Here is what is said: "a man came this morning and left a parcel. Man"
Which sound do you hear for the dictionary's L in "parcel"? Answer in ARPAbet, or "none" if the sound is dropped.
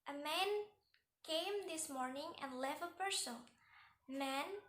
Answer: N